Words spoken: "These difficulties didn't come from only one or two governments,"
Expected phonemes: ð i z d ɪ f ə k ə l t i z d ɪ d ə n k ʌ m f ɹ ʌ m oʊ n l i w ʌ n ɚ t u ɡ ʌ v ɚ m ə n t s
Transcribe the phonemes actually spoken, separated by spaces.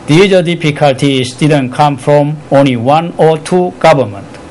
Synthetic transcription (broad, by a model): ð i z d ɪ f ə k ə l t i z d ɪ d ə n k ʌ m f ɹ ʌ m oʊ n l i w ʌ n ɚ t u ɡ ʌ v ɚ m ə n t